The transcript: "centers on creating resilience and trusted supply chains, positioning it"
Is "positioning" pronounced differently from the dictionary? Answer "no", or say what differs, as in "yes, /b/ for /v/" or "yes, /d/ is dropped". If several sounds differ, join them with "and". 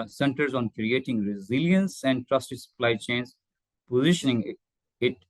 no